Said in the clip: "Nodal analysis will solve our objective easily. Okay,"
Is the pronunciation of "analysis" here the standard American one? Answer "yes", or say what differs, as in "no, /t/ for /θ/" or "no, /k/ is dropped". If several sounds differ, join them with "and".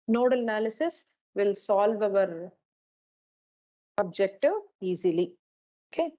yes